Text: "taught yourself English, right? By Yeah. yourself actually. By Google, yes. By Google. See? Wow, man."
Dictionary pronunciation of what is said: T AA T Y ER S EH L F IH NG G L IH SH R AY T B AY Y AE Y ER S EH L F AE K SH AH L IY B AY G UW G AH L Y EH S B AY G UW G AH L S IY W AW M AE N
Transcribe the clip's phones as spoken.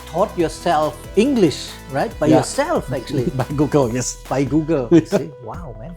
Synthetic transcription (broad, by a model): T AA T Y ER S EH L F IH NG G L IH SH R AY T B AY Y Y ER S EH L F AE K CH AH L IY B AY G UW G AH L Y EH S B AY G UW G AH L S IY W AW M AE N